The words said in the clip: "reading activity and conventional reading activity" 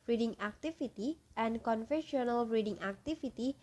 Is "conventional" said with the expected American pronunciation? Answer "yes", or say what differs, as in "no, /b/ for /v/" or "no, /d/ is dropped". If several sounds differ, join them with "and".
no, /f/ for /v/